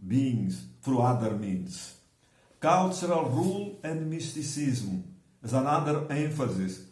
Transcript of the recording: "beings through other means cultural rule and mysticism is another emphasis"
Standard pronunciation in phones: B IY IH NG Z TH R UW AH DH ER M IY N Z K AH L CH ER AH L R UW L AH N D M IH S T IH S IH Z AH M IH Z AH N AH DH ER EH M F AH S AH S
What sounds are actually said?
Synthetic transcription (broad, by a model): B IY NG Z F R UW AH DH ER M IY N S K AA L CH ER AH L R UW L AH N D M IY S T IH S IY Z M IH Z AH N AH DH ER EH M F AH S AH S